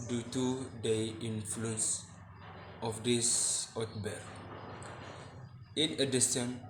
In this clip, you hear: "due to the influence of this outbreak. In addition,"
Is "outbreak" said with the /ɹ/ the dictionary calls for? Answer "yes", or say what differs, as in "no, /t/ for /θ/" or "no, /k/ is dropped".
no, /ɹ/ is dropped